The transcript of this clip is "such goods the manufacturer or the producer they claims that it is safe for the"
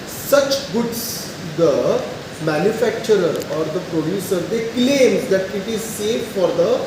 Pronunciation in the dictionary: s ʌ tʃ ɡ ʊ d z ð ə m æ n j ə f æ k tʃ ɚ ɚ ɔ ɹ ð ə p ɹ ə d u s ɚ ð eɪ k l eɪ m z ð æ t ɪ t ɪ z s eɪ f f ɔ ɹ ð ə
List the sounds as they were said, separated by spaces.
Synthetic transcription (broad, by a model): s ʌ tʃ ɡ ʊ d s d ə m æ n j ə f æ k tʃ ɚ ɚ ɔ ɹ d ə p ɹ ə d u s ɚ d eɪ k l eɪ m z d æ t ɪ t ɪ z s eɪ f f ɔ ɹ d ə